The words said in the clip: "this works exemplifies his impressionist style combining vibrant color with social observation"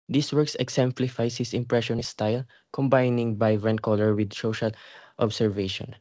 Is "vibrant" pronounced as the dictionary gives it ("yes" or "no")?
no